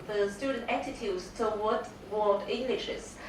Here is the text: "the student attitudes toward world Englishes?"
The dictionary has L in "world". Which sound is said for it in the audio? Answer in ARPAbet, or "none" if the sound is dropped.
none